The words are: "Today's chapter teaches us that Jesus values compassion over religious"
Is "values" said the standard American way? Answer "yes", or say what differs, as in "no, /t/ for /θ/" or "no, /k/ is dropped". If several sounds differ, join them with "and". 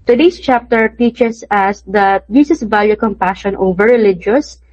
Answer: no, /z/ is dropped